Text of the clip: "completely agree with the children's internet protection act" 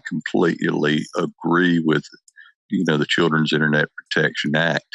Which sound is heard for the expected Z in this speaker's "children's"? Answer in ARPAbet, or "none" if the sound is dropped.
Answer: Z